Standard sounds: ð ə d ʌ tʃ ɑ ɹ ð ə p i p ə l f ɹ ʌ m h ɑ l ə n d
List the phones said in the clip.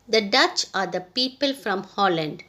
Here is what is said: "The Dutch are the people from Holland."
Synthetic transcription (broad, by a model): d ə d ʌ tʃ ɑ ɹ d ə p i p ə l f ɹ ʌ m h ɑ l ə n d